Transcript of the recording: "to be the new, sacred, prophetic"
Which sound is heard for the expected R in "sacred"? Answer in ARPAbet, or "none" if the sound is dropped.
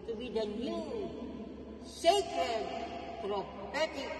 none